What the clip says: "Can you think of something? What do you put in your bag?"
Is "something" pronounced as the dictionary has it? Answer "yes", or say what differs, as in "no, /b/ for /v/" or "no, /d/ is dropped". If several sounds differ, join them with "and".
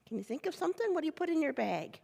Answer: yes